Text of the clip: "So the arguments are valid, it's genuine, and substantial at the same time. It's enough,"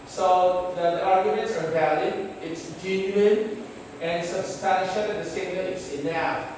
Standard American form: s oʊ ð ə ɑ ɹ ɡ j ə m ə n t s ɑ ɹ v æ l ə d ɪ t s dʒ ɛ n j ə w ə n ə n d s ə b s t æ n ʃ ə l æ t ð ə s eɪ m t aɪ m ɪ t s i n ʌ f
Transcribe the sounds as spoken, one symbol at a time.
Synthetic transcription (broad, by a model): s oʊ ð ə ɑ ɹ ɡ j ə m ə n t s ɑ ɹ v æ l ə d ɪ t s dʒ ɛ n j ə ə n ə n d s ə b s t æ n ʃ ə l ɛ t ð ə s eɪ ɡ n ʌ ɪ t s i n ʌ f